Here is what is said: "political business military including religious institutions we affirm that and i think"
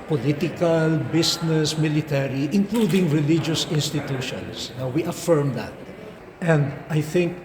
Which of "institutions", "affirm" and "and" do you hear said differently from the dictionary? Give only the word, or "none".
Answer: institutions